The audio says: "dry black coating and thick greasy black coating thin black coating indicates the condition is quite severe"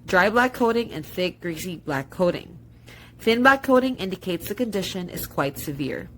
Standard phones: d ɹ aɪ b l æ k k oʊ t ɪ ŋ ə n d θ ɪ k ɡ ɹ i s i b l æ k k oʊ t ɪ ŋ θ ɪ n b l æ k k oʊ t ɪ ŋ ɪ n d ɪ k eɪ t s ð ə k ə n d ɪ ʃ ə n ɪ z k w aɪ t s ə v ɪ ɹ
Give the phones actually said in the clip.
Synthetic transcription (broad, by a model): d ɹ aɪ b l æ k k oʊ t ɪ ŋ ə n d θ ɪ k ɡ ɹ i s i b l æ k k oʊ t ɪ ŋ θ ɪ n b l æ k k oʊ t ɪ ŋ ɪ n d ɪ k eɪ t s ð ə k ə n d ɪ ʃ ə n ɪ z k w aɪ t s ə v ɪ ɹ